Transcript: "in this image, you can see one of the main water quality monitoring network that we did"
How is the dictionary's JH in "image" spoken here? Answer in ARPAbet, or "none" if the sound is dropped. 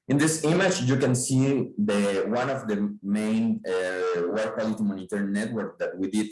CH